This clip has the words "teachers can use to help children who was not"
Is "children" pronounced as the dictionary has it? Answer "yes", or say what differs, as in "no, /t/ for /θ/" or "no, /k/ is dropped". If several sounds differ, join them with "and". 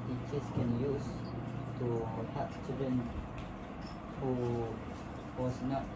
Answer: no, /l/ is dropped